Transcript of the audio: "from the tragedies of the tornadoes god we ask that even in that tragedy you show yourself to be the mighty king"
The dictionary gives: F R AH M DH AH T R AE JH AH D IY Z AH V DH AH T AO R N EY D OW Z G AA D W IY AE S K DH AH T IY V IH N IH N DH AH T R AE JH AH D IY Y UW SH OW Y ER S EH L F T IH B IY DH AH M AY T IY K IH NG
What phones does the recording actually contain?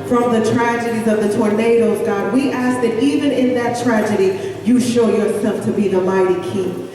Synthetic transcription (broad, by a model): F R AH M DH AH T R AE JH AH D IY Z AH V DH AH T AO R N EY D OW Z G AA D W IY AE S K DH AH T IY V IH N IH N DH AH T R AE JH AH D IY Y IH SH OW Y ER S EH L F T IH B IY DH AH M AY T IY K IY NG